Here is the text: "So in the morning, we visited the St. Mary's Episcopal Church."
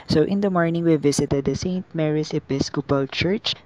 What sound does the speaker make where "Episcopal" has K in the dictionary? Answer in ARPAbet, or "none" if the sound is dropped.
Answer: K